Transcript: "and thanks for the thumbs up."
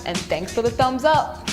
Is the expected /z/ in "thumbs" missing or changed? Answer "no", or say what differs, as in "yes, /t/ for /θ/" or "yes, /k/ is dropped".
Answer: no